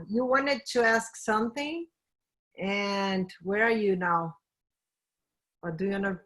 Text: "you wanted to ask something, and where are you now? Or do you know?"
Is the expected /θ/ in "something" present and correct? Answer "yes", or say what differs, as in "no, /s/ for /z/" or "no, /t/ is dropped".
yes